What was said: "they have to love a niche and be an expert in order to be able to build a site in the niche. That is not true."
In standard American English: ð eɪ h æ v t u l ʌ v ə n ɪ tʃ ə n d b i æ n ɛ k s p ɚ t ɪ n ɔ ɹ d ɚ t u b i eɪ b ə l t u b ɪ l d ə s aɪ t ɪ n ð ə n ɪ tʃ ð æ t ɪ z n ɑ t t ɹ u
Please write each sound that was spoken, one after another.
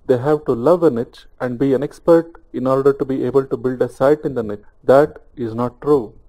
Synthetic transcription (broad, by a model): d eɪ h æ v t u l ʌ v ə n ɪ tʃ ə n d b i æ n ɛ k s p ɚ t ɪ n ɔ ɹ d ɚ t u b i eɪ b ə l t u b ɪ l d ə s aɪ t ɪ n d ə n ɪ tʃ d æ t ɪ z n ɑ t t ɹ u